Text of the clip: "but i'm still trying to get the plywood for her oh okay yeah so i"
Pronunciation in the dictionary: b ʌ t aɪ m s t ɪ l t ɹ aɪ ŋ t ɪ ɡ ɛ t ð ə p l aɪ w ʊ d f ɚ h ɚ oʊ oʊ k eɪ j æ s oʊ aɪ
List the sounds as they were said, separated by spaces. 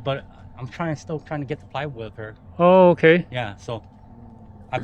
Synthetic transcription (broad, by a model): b ʌ t aɪ m s t ɪ l t ɹ aɪ ŋ t ɪ ɡ ɛ t ð ə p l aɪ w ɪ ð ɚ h ɚ oʊ oʊ k eɪ j æ s oʊ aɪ